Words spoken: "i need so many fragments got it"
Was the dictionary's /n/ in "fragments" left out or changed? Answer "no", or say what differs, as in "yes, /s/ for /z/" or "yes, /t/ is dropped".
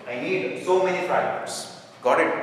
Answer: yes, /n/ is dropped